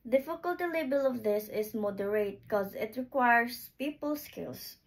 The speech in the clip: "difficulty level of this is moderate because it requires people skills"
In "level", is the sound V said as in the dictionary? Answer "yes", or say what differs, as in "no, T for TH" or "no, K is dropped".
no, B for V